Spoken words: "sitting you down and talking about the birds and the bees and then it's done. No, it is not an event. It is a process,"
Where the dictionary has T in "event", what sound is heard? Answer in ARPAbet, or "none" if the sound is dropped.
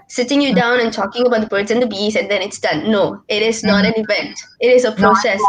T